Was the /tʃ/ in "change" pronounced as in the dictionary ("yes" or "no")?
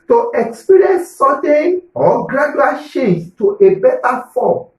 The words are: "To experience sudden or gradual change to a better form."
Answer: no